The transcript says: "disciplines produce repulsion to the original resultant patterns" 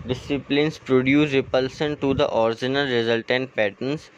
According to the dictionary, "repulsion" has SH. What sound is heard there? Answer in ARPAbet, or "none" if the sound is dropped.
S